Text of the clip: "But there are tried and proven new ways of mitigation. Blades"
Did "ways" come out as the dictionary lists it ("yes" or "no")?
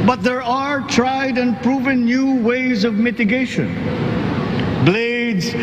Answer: yes